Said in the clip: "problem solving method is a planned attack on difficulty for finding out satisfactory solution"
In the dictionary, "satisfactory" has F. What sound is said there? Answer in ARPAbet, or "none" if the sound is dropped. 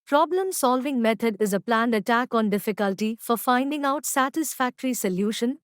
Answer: F